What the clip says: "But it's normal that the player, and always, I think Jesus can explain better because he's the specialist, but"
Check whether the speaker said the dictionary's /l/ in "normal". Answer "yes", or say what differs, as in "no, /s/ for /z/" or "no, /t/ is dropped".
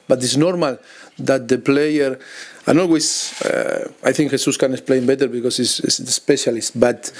yes